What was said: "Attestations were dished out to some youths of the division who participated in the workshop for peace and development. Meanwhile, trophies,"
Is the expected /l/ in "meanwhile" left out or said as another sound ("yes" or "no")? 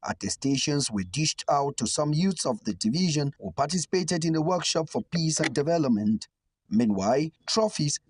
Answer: no